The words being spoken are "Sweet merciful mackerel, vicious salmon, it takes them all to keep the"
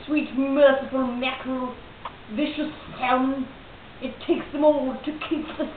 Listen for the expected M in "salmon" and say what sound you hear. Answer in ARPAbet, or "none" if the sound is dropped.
none